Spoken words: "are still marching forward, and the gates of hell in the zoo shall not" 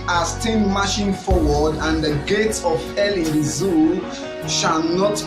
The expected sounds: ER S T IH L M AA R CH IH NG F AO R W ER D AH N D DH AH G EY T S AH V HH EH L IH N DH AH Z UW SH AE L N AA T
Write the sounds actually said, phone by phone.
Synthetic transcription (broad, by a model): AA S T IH N M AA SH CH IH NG F AO W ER D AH N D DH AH G EY T S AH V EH L IH N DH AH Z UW SH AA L N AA T